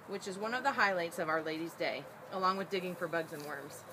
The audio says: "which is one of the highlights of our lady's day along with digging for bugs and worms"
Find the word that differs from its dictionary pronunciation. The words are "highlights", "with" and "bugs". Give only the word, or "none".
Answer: none